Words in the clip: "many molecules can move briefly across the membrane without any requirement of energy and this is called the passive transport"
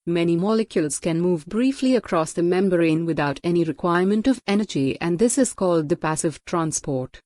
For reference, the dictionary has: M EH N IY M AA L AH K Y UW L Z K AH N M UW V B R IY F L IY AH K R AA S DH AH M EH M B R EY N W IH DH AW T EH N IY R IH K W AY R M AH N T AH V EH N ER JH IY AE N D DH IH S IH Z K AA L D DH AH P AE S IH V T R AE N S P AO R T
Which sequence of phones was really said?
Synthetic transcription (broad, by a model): M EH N IY M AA L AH K Y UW L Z K AH N M UW V B R IY F L IY AH K R AA S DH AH M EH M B R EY N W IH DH AW T EH N IY R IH K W AY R M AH N T AH V EH N ER JH IY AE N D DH IH S IH Z K AA L D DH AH P AE S IH V T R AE N S P AO R T